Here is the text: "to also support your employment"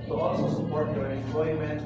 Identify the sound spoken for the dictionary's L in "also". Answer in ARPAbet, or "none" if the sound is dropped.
none